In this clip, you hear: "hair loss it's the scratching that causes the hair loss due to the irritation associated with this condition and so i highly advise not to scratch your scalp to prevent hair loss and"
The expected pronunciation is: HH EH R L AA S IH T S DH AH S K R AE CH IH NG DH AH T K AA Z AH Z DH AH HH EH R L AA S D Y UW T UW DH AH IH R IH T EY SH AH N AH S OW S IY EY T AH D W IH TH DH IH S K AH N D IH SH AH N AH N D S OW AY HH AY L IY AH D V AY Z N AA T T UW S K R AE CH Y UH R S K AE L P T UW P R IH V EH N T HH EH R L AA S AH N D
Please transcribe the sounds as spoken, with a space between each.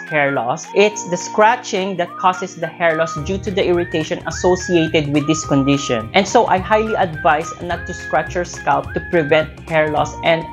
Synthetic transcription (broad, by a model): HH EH R L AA S IH T S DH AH S K R AE CH IH NG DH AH T K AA S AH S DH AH HH EH R L AA S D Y UW T UW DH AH IH R IH T EY SH AH N AH S OW S IY EY T AH D W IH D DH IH S K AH N D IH SH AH N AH N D S OW AY HH AY L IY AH D V AY S N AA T T UW S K R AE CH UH R S K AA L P T UW P R IH V EH N T HH EH R L AA S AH N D